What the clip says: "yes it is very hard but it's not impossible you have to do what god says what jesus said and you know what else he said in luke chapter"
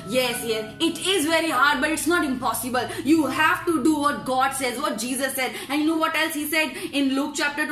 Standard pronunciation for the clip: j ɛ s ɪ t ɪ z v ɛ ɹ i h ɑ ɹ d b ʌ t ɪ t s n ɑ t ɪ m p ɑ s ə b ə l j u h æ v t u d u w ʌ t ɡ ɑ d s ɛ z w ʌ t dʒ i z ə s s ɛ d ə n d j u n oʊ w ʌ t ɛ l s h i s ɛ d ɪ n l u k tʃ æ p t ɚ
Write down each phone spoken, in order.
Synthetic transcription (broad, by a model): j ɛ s ɪ t ɪ z v ɛ ɹ i h ɑ ɹ d b ʌ t ɪ t s n ɑ t ɪ m p ɑ s ə b ə l j u h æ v t u d u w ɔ t ɡ ɑ d s ɛ z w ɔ t dʒ i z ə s s ɛ d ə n j u n oʊ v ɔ t ɛ l s h i s ɛ d ɪ n l u k tʃ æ p t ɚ